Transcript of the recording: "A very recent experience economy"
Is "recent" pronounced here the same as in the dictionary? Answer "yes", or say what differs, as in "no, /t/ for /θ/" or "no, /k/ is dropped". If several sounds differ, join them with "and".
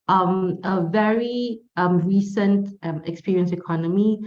yes